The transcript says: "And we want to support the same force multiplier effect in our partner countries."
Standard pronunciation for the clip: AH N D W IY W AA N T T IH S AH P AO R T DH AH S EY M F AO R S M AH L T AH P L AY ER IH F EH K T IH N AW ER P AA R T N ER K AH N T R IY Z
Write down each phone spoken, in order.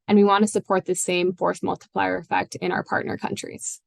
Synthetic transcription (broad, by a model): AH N W IY W AA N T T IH S AH P AO R T DH AH S EY M F AO R TH M AH L T AH P L AY ER IH F EH K T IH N AW ER P AA R T N ER K AH N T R IY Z